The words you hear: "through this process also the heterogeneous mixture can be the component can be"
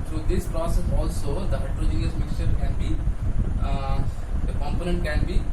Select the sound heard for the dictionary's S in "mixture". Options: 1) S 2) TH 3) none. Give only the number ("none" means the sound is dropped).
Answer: 1